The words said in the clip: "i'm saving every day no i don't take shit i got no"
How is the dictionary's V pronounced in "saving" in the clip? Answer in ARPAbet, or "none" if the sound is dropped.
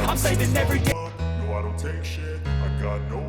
none